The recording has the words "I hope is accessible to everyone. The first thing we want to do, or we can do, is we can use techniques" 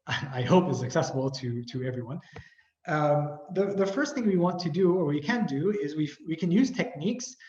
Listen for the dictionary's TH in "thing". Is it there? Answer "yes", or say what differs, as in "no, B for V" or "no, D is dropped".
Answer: yes